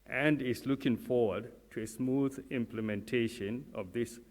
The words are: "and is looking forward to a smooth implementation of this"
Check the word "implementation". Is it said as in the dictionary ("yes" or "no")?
yes